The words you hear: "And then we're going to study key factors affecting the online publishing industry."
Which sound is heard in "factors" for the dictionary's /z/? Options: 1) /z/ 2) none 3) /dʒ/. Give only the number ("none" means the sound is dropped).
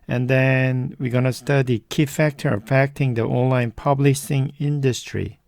2